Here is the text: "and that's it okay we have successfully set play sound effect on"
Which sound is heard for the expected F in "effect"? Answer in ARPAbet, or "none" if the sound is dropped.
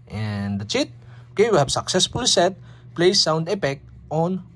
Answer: P